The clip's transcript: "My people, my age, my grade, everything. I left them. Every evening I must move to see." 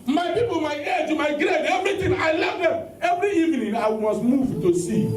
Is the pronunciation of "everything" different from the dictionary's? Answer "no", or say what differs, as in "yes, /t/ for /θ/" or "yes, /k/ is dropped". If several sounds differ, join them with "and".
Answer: yes, /t/ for /θ/